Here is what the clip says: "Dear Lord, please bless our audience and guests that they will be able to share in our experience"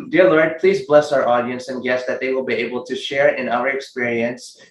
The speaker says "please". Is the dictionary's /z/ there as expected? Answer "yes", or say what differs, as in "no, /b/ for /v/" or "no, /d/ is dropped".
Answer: yes